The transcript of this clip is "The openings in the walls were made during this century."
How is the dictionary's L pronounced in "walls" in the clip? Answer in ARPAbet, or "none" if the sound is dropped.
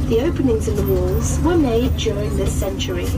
L